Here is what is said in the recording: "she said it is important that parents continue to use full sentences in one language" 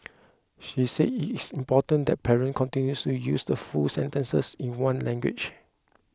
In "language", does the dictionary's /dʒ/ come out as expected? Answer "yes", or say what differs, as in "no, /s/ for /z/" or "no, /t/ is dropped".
no, /tʃ/ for /dʒ/